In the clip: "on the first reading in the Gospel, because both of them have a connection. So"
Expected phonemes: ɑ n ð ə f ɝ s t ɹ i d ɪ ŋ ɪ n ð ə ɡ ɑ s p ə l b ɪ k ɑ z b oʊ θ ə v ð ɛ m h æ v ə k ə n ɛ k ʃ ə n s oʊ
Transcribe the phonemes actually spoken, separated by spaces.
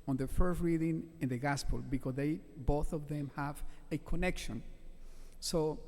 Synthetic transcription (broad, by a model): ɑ n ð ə f ɝ s t ɹ i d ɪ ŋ ɪ n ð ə ɡ ɑ s p ə l b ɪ k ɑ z b oʊ θ ə v ð ɛ m h æ v ə k ə n ɛ k ʃ ə n s oʊ